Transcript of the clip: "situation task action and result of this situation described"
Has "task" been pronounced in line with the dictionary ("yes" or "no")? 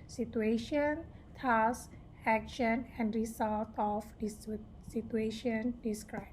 no